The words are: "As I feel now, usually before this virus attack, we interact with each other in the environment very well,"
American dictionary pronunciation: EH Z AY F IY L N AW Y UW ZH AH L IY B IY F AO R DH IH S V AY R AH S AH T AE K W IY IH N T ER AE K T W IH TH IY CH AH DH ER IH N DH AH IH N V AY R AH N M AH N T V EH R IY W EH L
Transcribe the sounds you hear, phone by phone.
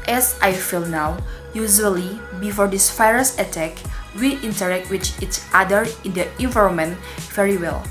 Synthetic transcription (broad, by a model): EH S AY F IY L N AW Y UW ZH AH L IY B IY F AO R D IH S F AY R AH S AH T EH K W IY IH N T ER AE K T W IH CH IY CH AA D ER IH N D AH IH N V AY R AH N M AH N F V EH R IY W EH L